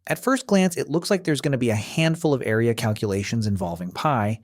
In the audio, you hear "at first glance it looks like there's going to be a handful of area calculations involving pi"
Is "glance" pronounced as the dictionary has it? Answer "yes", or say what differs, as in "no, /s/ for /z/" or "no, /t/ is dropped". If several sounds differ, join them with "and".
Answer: yes